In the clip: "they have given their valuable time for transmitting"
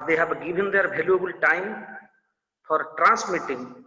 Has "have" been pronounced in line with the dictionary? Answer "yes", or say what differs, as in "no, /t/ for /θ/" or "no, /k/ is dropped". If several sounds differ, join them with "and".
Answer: no, /b/ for /v/